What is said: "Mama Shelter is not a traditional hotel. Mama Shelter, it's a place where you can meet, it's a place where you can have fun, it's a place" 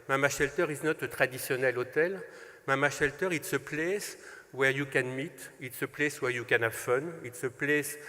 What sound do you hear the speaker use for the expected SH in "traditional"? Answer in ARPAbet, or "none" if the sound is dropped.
S